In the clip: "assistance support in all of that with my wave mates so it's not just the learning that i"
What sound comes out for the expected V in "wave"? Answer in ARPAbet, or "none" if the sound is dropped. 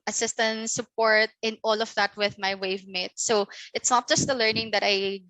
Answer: V